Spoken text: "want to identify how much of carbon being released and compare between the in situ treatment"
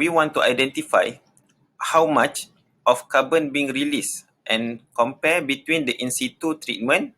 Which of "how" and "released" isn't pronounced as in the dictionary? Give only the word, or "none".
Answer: none